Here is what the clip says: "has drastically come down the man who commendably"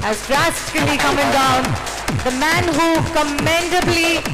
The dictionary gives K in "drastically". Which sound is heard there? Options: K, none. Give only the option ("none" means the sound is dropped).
none